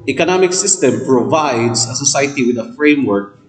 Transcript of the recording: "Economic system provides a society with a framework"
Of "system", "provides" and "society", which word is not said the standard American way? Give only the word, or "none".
provides